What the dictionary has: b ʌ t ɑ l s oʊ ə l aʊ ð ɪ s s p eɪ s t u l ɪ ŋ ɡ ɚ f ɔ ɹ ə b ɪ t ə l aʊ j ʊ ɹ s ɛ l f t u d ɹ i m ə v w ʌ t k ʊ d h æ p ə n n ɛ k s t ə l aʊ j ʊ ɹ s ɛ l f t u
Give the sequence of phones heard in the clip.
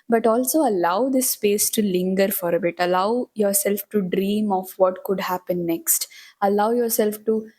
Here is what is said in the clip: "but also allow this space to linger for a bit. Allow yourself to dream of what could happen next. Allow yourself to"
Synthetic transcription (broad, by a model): b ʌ t ɑ l s oʊ ə l aʊ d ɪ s s p eɪ s t u l ɪ ŋ ɡ ɚ f ɔ ɹ ə b ɪ t ə l aʊ j ʊ ɹ s ɛ l f t u d ɹ i m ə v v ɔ t k ʊ d h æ p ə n n ɛ k s t ə l aʊ j ʊ ɹ s ɛ l f t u